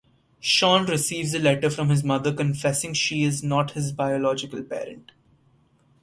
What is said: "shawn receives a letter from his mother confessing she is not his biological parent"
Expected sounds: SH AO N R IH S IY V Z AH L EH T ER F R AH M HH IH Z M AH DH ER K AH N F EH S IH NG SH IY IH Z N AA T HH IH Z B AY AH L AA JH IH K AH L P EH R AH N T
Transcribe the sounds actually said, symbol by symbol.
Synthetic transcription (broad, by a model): SH AO N R IH S IY V Z AH L EH T ER F R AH M HH IH Z M AH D ER K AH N F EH S IH NG SH IY IH Z N AA T HH IH Z B AY AH L AA JH IH K AH L P EH R AH N T